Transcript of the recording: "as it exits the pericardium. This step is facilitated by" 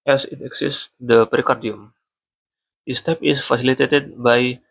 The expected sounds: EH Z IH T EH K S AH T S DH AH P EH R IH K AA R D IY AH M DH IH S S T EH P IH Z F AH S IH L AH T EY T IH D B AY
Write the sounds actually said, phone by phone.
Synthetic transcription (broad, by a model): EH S IH T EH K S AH S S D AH P R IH K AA R D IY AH M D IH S S T EH P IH S F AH S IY L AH T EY T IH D B AY